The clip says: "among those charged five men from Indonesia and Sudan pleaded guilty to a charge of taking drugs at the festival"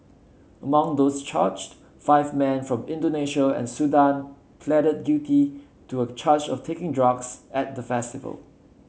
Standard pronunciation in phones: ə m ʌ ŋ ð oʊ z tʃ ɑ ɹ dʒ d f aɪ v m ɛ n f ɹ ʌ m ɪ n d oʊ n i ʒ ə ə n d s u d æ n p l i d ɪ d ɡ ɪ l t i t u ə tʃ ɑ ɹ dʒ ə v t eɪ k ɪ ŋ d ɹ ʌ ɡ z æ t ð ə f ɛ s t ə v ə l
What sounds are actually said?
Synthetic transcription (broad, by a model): ə m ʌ ŋ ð oʊ s tʃ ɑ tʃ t f aɪ v m ɛ n f ɹ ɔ m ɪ n d oʊ n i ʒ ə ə n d s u d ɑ n p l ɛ d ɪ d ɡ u t i t u ə tʃ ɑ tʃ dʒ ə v t eɪ k ɪ ŋ d ɹ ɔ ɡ s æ t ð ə f ɛ s t ə v ə l